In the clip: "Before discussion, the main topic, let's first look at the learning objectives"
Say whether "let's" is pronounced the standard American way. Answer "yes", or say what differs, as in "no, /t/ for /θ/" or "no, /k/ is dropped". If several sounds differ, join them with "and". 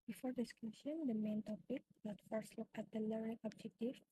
no, /n/ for /l/ and /s/ is dropped